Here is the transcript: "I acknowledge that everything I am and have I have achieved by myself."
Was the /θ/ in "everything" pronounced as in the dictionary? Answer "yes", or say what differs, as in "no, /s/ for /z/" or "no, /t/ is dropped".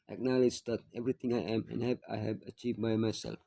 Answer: no, /t/ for /θ/